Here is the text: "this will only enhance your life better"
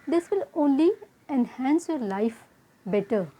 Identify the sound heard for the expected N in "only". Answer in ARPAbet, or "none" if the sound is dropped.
N